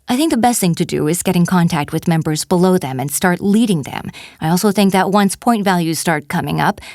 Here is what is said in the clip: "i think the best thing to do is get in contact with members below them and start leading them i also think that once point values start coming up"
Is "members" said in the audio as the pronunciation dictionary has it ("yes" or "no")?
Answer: yes